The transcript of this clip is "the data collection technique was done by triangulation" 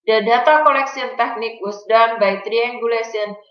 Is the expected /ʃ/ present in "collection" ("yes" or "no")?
no